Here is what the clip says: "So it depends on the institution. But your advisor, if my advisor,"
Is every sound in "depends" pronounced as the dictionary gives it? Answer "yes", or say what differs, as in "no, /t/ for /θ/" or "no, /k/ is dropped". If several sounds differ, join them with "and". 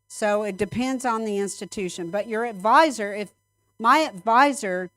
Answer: yes